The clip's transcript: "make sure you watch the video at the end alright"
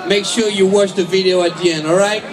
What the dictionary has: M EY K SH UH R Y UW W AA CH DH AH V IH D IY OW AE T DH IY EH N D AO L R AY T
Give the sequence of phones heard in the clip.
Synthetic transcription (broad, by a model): M EY K SH UH R Y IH W AA CH DH AH V IH D IY OW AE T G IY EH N AO L R AY T